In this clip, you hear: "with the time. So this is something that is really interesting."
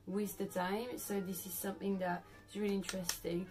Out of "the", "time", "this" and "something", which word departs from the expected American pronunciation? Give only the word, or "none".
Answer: none